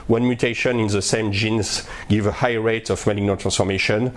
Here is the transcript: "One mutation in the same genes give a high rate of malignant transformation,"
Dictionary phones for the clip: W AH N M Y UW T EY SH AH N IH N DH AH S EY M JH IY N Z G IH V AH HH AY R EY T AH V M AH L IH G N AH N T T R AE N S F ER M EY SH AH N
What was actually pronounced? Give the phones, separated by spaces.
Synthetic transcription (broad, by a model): W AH N M Y UW T EY SH AH N IH N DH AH S EY M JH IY N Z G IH V AH HH AY R EY T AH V M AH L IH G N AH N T T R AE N S F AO M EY SH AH N